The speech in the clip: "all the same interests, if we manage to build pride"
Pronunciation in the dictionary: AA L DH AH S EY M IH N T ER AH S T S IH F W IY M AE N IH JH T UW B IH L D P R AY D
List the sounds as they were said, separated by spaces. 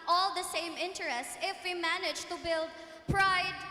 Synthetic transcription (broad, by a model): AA L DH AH S EY M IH N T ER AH S T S IH F W IY M AE N IH JH T UW B IH L D P R AY D